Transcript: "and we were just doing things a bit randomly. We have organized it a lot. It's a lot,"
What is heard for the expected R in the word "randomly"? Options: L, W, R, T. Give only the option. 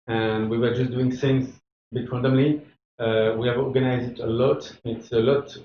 W